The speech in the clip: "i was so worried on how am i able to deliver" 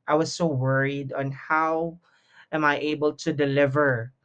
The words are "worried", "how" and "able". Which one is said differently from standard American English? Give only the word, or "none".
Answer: none